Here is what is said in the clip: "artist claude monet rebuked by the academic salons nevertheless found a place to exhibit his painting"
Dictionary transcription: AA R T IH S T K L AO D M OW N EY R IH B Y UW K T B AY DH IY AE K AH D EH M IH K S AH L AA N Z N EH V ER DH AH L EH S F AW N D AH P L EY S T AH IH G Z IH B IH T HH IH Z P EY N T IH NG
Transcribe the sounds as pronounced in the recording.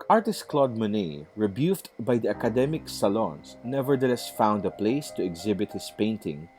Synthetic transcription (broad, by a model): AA R T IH S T K L AO D M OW N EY R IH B Y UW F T B AY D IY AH K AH D EH M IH K S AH L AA N S N EH V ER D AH L EH S F AW N D AH P L EY S T AH IH G Z IH B IH T HH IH S P EY N T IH NG